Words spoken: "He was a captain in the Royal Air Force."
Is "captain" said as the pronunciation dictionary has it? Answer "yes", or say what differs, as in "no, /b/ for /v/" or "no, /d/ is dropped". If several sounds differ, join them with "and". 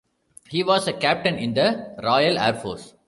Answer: yes